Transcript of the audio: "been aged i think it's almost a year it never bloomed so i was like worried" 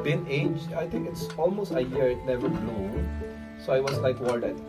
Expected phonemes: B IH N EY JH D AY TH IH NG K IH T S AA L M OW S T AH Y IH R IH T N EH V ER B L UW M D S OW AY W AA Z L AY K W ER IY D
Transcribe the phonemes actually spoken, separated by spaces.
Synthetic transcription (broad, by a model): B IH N EY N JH AY T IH NG K IH T S AA L M OW S T AH Y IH R IH T N EH V ER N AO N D S OW AY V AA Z L AY K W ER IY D